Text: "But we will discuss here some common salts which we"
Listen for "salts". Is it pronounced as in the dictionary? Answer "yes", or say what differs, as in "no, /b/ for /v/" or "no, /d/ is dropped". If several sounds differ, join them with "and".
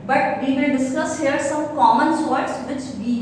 no, /l/ is dropped